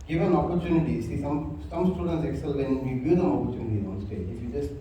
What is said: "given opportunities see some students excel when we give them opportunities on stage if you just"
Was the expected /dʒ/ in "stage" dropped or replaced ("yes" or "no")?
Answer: yes